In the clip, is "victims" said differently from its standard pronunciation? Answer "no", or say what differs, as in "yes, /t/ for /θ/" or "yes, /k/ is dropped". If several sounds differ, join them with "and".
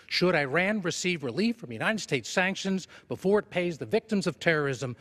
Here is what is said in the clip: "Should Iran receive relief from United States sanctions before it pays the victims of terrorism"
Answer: no